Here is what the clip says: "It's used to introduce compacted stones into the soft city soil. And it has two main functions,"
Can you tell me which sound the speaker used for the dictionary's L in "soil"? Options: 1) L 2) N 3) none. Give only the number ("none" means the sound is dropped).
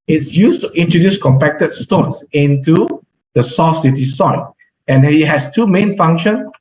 2